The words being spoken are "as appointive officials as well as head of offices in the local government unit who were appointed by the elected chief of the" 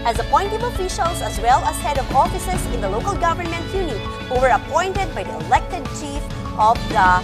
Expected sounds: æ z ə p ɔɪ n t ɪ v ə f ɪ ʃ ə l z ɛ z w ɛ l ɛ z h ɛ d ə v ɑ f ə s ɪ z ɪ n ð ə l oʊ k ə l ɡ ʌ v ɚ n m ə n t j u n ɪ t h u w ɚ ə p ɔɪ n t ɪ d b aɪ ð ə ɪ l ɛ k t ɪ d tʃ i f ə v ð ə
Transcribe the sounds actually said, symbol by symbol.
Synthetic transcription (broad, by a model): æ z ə p ɔɪ n t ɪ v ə f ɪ ʃ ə l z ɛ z w ɛ l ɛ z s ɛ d ə v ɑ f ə s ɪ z ɪ n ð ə l oʊ k ə l ɡ ʌ v ɚ n m ə n t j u n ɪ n h u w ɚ ə p ɔɪ n t ɪ d b aɪ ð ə ɪ l ɛ k t ɪ d tʃ i f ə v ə